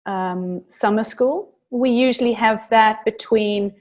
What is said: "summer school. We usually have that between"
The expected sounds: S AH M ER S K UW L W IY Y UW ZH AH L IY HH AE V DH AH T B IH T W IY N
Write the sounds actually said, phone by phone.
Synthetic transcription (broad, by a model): S AH M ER S K UW L W IY Y UW ZH AH L IY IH V DH AH T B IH T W IY N